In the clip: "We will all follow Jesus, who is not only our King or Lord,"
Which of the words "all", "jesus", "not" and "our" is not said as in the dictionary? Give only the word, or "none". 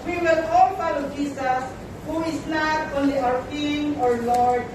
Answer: jesus